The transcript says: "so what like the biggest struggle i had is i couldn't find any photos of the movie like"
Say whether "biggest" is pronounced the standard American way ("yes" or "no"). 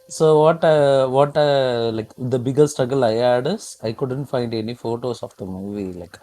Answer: no